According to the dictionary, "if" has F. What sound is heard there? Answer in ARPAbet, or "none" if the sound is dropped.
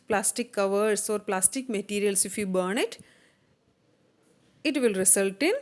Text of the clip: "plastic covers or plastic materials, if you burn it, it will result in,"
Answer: F